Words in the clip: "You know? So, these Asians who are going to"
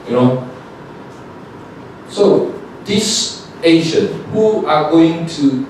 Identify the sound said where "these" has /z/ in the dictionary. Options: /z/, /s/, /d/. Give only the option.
/s/